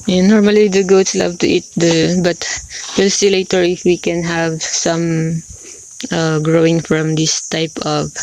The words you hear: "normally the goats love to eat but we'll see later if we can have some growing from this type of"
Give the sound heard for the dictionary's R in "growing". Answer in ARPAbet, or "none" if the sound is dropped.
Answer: R